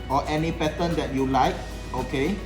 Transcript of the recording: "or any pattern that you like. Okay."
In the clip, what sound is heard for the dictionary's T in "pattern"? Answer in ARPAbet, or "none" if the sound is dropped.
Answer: S